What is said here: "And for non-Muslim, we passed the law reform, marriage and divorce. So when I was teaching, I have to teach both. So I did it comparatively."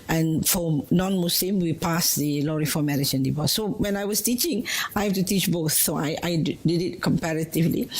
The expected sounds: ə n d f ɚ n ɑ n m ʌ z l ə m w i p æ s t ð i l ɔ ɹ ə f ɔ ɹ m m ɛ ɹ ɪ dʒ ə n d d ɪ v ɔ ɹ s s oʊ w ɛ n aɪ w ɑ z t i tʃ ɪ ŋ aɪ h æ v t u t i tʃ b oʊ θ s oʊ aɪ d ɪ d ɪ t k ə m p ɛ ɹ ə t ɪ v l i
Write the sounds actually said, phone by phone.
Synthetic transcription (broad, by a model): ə n f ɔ n ɑ n m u s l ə m w i p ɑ s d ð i l ɔ ɹ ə f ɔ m m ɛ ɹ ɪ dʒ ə n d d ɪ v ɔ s s oʊ w ɛ n aɪ w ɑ s t i tʃ ɪ ŋ aɪ h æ f t u t i tʃ b oʊ θ s oʊ aɪ d ɪ d ɪ t k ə m p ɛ ɹ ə t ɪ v l i